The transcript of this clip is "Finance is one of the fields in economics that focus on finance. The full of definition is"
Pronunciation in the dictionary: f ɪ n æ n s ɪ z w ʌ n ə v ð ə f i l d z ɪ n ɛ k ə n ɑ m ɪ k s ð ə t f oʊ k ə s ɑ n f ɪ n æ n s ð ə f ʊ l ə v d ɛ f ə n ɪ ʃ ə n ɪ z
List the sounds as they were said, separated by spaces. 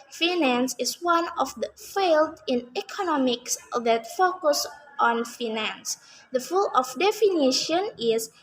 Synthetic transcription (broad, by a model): f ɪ n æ n s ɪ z w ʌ n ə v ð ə f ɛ l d ɪ n ɛ k ə n ɑ m ɪ k s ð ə t f oʊ k ə s ɑ n f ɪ n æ n s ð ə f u l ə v d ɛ f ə n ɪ ʃ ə n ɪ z